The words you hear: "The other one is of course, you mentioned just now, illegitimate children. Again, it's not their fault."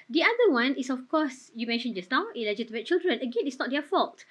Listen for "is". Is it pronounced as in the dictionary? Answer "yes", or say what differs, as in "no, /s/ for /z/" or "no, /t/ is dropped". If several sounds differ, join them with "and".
no, /s/ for /z/